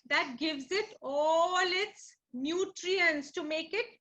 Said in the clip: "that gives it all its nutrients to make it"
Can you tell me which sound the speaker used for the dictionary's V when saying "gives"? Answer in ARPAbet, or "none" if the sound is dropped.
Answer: V